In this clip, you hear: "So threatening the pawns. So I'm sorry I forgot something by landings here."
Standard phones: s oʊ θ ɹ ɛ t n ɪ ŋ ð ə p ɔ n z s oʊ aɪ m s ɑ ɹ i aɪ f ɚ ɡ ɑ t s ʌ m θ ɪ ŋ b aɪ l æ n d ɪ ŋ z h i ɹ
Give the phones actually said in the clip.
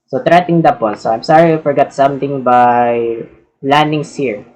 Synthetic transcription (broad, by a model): s oʊ t ɹ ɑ t ɪ ŋ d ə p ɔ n s oʊ aɪ m s ɑ ɹ i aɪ f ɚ ɡ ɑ t s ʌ m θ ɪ ŋ b aɪ l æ n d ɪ ŋ s h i ɹ